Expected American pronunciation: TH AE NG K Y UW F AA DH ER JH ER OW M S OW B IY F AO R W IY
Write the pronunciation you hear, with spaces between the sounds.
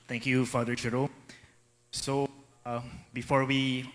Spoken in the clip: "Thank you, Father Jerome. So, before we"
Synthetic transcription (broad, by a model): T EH NG K Y UW F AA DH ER CH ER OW S OW B IY F AO R W IY